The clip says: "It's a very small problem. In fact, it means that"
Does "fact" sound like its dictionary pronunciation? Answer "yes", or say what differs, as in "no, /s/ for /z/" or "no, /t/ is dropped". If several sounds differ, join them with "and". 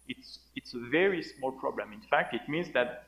yes